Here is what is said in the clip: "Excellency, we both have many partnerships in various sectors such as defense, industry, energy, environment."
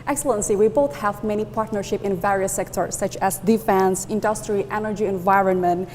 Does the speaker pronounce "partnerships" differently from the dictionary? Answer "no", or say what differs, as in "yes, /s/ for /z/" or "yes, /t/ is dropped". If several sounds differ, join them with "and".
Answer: yes, /s/ is dropped